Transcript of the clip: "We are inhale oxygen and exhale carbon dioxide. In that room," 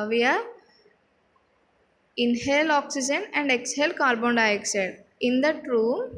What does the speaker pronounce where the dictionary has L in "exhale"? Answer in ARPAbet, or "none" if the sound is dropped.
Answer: L